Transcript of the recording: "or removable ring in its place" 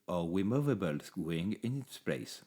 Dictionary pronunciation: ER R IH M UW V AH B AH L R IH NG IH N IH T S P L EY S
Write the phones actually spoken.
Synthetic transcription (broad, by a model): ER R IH M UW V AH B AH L W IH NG IH N IH T S P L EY S